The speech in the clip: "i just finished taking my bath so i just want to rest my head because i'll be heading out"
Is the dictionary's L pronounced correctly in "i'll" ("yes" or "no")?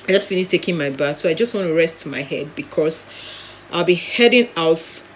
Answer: yes